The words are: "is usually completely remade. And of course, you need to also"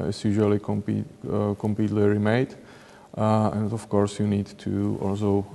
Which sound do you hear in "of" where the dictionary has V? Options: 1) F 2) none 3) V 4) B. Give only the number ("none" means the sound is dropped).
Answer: 1